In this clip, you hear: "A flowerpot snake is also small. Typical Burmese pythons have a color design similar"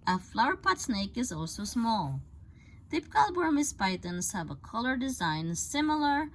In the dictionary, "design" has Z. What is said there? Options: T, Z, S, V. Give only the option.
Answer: Z